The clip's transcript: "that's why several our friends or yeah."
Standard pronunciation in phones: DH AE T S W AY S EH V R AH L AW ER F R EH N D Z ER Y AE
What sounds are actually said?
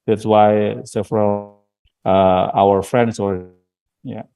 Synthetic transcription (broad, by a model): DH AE T S W AY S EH F R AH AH AW ER F R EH N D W ER Y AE